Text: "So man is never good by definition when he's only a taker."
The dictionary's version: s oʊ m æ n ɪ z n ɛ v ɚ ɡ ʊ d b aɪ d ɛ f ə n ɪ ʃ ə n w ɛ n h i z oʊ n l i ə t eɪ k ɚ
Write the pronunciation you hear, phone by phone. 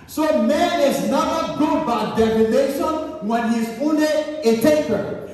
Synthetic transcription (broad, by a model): s oʊ m æ n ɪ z n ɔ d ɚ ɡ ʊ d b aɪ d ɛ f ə n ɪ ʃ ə n w ɛ n h i z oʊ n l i ə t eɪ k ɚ